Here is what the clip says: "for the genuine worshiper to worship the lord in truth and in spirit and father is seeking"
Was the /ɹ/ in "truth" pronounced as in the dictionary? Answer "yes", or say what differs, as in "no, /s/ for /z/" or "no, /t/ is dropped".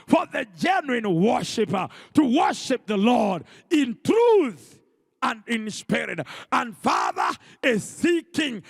yes